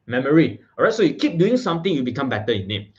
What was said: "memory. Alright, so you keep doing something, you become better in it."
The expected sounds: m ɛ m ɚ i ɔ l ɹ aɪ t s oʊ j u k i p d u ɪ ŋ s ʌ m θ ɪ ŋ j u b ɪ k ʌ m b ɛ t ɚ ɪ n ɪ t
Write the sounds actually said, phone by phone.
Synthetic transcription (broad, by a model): m ɛ m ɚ i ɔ ɹ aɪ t s oʊ j u k i p d u ɪ ŋ s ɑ m t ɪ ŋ j u b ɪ k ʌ m b ɛ t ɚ ɪ n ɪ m